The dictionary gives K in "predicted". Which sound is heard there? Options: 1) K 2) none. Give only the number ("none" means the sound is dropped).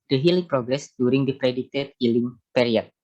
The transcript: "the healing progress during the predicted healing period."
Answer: 2